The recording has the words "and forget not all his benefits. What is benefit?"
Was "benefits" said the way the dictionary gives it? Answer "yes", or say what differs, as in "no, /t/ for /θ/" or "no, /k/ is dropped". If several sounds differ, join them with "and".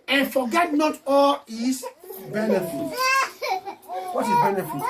no, /s/ is dropped